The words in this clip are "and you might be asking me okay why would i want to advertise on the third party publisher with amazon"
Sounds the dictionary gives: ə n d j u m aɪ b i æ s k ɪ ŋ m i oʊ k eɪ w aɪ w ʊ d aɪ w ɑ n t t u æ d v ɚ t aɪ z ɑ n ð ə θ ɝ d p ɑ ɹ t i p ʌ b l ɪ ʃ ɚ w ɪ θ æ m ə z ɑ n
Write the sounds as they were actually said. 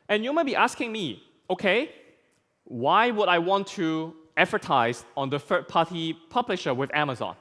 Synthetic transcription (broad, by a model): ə n j u m aɪ b i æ s k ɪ ŋ m i oʊ k eɪ w aɪ w ʊ d aɪ w ɑ n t t u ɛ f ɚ t aɪ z ɑ n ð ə f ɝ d p ɑ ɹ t i p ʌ b l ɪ ʃ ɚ w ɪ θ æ m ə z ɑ n